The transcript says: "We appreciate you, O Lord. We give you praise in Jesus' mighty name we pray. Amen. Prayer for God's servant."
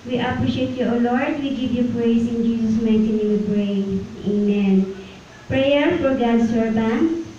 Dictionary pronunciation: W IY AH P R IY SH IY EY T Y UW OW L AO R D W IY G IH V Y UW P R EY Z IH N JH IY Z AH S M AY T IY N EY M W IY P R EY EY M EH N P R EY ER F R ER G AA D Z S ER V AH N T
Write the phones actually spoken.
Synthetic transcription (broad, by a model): W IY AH P R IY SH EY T Y UW OW L AO R D W IY G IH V Y UW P R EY S IH N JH IY S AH S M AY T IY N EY W IY P R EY EY M EH N P R EY ER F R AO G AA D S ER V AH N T